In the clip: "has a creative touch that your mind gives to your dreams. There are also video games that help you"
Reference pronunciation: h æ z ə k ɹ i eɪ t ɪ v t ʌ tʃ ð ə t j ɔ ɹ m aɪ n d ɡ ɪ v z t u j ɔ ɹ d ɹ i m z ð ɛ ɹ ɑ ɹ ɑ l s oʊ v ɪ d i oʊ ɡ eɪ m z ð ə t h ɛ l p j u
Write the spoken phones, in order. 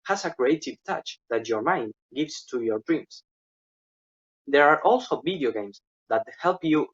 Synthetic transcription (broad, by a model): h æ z ə k ɹ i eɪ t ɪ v t ʌ tʃ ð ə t j ɔ ɹ m aɪ n d ɡ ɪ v s t u j ɔ ɹ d ɹ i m s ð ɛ ɹ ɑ ɹ ɑ l s oʊ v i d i oʊ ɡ eɪ m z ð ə t h ɛ l p j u